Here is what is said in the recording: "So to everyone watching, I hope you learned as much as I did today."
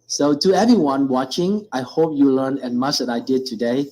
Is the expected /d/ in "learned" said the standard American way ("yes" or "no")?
no